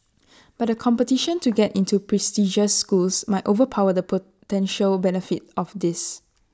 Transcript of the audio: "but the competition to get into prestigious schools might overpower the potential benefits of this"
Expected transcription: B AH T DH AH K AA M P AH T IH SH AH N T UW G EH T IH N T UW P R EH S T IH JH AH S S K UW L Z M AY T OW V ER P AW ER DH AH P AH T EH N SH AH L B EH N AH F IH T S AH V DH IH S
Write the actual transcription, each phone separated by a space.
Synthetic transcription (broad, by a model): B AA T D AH K AA M P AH T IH SH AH N T UW G EH T IH N T UW P R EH S T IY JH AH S S K UW L S M AY T OW V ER P AW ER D AH P AH T EH N SH AH L B EH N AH F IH T AH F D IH S